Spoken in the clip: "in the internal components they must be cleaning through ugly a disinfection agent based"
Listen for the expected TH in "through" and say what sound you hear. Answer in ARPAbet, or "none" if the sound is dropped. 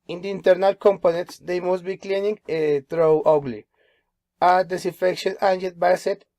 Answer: T